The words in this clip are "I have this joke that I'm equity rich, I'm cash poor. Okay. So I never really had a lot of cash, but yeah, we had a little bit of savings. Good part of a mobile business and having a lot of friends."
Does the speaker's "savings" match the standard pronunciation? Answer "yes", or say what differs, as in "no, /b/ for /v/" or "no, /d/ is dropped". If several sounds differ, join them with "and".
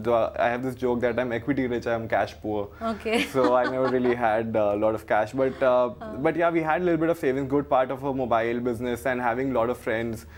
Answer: no, /z/ is dropped